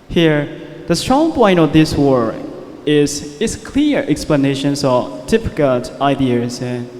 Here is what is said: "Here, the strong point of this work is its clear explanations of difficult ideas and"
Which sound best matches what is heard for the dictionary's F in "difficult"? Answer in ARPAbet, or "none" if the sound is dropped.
P